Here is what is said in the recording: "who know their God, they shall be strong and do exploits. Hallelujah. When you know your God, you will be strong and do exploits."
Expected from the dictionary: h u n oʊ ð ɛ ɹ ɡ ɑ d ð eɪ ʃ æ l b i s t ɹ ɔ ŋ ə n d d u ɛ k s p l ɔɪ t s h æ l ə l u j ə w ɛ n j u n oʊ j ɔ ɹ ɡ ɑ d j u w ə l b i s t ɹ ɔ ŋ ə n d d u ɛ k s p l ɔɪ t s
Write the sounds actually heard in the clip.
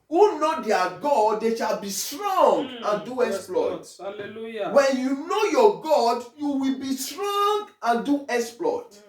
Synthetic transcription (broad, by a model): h u n oʊ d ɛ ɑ ɡ ɑ d eɪ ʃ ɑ l b i s t ɹ ɔ ŋ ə n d d u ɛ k s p l ɔɪ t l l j w ɛ n j u n oʊ j ɔ ɡ ɑ d j u w ə l b i s t ɹ ɔ ŋ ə n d d u ɛ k s p l ɔɪ t